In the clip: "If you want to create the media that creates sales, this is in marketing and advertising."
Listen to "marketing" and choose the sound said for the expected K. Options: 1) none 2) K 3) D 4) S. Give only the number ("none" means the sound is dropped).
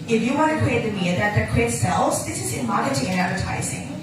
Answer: 1